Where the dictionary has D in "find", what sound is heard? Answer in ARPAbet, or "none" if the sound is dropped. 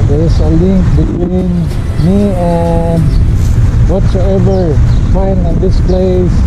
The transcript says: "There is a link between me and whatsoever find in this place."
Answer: none